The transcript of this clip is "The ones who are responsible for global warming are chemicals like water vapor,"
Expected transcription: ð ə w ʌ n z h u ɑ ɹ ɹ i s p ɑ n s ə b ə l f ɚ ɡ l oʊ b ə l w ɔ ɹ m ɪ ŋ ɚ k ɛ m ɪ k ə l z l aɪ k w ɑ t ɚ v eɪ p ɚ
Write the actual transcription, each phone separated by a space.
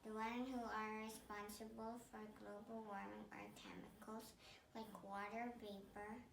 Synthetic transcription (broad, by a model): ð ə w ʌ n h u ɑ ɹ ɹ i s p ɑ n s ə b ə l f ɚ ɡ l oʊ b ə l w ɔ ɹ m ɪ ŋ ɚ k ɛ m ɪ k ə l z l aɪ k w ɑ t ɚ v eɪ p ɚ